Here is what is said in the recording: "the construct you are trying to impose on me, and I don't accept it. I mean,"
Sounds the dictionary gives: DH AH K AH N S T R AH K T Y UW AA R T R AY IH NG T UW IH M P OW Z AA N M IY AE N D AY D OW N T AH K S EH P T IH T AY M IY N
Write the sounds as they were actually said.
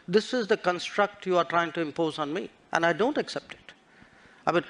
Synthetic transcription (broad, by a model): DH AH K AH N S T R AH K T Y UW AA R T R AY IH NG T UW IH M P OW Z AA N M IY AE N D AY D OW N T AH K S EH P T IH T AY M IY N